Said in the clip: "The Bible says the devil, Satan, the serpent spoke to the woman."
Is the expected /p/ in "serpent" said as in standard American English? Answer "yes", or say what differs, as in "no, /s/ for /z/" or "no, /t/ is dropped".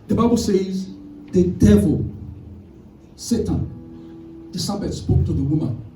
no, /b/ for /p/